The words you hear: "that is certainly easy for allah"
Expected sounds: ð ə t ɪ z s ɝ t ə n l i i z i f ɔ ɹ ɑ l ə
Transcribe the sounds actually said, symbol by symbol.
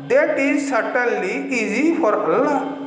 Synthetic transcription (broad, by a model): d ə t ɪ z s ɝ t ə l i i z i f ɔ ɹ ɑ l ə